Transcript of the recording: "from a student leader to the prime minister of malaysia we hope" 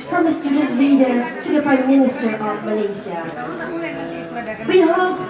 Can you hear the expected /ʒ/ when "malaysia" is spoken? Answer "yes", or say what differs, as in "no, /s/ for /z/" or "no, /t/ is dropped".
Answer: no, /s/ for /ʒ/